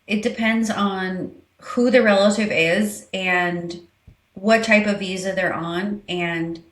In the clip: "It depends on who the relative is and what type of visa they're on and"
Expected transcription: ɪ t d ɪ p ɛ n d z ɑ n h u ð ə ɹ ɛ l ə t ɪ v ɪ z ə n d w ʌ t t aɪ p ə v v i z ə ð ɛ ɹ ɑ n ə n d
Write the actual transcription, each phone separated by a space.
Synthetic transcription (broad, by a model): ɪ t d ɪ p ɛ n d z n h u ð ə ɹ ɛ l ə t ɪ v ɪ z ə n w ʌ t t aɪ p ə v v i z ə ð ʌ ɹ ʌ n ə n